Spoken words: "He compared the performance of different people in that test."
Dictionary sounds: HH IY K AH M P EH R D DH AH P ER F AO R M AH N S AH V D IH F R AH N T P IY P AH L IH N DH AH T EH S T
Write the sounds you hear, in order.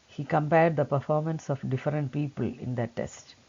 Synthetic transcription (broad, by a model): HH IY K AH M P EH R D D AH P ER F AO R M AH N S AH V D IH F R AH N T P IY P AH L IH N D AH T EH S T